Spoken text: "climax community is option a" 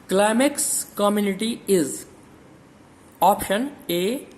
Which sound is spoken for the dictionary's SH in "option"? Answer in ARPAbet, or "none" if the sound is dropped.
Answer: SH